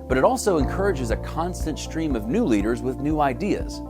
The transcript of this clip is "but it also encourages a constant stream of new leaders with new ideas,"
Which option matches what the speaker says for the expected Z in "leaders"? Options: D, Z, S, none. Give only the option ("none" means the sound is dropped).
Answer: Z